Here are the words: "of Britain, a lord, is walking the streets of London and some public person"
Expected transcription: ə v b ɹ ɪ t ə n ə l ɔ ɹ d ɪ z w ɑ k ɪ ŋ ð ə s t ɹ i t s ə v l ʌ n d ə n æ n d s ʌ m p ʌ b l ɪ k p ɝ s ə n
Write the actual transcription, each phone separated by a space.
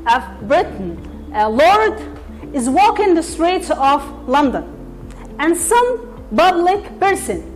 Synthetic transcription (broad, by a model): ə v b ɹ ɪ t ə n ə l ɔ ɹ d ɪ z w ɑ k ɪ ŋ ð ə s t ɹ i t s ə f l ʌ n d ə n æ n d s ʌ m b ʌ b l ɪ k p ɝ s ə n